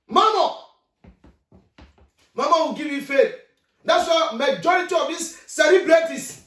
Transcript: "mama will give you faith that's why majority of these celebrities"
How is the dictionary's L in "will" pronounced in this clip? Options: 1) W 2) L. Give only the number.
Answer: 1